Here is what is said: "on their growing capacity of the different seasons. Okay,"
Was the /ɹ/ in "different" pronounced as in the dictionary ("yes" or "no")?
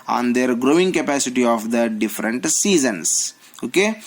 yes